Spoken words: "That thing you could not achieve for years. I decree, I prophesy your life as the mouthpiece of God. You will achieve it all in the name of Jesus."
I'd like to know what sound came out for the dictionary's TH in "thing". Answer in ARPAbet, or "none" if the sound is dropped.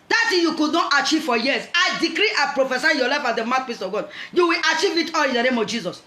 S